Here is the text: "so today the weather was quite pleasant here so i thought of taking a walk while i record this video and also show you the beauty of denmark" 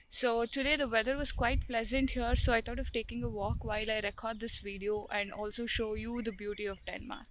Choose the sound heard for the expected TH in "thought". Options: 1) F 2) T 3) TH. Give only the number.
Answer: 2